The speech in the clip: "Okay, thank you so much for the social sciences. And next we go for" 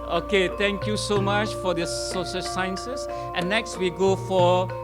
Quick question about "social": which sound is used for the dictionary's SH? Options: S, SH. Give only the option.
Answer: S